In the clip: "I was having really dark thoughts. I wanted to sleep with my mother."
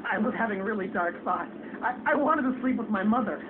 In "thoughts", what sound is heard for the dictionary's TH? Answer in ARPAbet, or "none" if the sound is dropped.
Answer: F